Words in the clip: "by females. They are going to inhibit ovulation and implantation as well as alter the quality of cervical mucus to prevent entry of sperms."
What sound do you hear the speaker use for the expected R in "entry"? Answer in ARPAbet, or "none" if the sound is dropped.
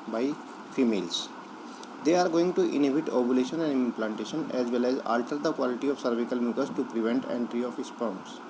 R